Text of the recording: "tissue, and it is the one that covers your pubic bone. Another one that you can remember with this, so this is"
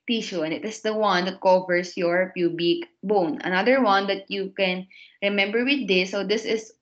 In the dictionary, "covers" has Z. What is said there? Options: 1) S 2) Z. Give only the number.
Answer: 1